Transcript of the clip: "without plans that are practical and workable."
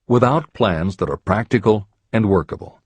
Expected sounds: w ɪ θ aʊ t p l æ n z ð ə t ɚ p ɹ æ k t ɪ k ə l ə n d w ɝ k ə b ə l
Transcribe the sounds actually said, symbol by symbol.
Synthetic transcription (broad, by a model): w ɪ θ aʊ t p l æ n z ð ə t ɚ p ɹ æ k t ɪ k ə l ə n d w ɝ k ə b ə l